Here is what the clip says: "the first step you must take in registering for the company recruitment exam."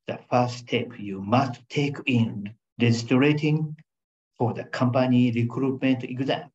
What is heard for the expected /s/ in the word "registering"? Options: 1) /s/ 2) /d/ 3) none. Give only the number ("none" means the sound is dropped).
3